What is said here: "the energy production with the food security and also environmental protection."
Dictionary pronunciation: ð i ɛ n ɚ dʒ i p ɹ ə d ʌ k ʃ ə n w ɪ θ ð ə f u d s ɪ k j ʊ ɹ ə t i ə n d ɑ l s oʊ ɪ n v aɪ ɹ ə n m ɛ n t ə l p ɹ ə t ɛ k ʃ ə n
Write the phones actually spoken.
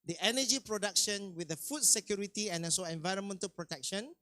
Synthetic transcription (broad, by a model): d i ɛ n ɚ dʒ i p ɹ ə d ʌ k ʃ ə n w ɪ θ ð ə f u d s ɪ k j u ɹ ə t i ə n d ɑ s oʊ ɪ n v aɪ ɹ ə n m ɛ n t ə l p ɹ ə t ɛ k ʃ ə n